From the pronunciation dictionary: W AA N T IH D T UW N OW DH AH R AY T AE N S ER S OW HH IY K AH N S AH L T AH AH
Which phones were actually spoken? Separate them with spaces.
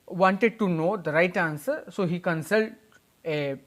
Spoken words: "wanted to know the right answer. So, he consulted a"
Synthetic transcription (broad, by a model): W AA N T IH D T UW N OW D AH R AY T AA N S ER S OW HH IY K AH N S AH L T AH